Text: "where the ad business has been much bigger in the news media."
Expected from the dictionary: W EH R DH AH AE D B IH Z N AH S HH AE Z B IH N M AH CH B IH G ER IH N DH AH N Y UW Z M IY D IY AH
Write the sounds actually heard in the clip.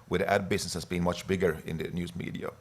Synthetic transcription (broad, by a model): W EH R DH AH AE D B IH S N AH S HH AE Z B IH N M AH CH B IH G ER IH N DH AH N Y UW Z M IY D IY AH